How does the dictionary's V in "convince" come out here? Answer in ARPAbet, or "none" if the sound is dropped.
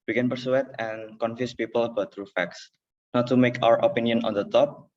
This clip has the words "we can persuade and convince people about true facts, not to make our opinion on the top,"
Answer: F